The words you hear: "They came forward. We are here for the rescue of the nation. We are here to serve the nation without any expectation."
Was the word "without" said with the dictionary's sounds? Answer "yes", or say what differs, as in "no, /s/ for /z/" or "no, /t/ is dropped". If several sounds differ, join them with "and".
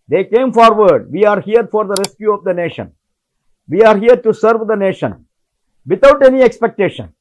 no, /t/ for /θ/